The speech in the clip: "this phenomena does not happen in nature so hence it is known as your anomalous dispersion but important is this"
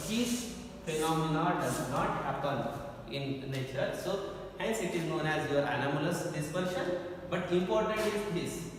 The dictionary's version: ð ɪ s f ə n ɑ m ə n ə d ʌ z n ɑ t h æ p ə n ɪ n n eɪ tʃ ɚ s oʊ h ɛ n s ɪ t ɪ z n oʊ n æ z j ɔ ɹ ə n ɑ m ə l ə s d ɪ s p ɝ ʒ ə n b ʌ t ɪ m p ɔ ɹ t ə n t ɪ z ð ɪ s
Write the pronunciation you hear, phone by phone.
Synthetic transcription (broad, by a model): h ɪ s f ə n ɑ m ə n ə d ʌ z n ɑ t h æ p ə n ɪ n n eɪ tʃ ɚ s oʊ h ɛ n s ɪ t ɪ z n oʊ n æ z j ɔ ɹ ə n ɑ m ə l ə s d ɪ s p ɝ ʃ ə n b ʌ t ɪ m p ɔ ɹ t ə n t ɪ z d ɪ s